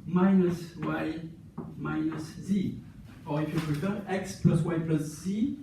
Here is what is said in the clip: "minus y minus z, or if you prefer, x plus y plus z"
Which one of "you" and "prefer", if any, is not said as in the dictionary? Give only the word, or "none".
prefer